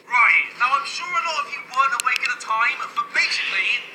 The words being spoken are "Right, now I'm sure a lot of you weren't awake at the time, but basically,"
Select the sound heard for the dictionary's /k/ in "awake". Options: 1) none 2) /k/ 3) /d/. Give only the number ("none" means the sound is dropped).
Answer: 2